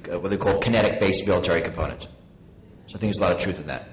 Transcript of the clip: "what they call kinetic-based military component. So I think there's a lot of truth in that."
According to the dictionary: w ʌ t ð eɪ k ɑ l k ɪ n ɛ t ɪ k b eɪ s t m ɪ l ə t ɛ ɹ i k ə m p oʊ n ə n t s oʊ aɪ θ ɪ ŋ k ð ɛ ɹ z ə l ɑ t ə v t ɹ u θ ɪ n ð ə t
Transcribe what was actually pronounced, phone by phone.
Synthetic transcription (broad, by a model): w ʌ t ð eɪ k ɑ l k ɪ n ɛ t ɪ k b eɪ s m ɪ l ə t ɛ ɹ i k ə m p oʊ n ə n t s oʊ aɪ θ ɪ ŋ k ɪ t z ə l ɑ t ə v t ɹ u θ ɪ n ð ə t